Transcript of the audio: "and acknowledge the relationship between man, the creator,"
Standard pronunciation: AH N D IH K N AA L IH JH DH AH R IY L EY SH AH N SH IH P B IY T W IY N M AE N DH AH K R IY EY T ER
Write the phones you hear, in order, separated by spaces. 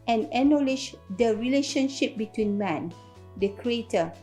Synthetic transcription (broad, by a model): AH N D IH N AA L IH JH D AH R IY L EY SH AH N SH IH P B IY T W IY N M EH N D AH K R IY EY T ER